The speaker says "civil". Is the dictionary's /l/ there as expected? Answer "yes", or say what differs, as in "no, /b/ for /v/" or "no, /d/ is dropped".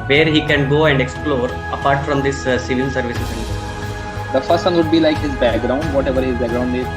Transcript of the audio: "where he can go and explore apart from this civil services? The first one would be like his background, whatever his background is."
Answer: no, /n/ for /l/